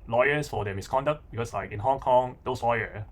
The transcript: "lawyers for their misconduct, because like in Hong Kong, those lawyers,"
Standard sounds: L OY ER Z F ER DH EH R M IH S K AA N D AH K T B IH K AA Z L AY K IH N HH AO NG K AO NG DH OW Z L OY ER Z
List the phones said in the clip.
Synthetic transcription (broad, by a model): L OY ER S F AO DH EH M IH S K AA N D AH K T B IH K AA S L AY K IH N HH AO NG K AO NG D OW S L OY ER